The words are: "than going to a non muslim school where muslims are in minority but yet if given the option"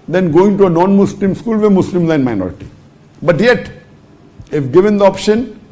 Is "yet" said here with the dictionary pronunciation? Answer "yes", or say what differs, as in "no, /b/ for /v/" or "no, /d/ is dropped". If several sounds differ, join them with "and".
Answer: yes